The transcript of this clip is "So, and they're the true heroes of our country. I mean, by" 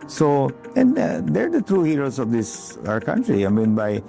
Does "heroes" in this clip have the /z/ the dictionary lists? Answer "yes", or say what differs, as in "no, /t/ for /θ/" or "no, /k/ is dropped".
no, /s/ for /z/